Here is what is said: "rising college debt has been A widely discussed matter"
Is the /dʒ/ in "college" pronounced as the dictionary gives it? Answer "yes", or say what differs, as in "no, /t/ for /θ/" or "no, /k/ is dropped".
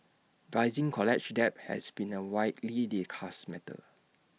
no, /tʃ/ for /dʒ/